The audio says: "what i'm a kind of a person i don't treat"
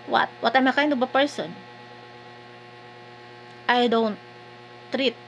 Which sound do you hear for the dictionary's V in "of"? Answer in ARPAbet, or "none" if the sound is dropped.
B